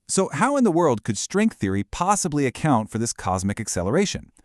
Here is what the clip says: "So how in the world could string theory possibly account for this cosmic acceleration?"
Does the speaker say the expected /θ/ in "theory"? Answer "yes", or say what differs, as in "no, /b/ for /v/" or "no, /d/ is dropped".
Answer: yes